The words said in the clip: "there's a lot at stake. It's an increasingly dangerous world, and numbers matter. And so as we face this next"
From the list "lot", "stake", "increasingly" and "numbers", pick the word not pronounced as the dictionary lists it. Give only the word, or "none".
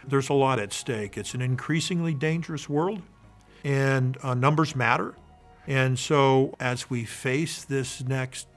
none